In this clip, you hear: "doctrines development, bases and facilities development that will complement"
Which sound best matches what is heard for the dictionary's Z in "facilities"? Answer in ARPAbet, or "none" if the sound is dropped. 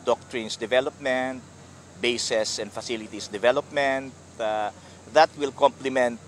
S